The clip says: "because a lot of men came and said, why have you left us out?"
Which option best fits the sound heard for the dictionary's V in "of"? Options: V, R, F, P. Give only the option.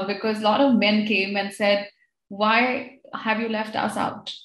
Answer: V